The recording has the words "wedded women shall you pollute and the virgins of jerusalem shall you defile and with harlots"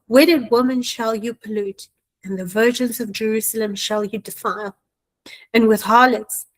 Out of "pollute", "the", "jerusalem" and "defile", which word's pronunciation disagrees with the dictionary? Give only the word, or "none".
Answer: none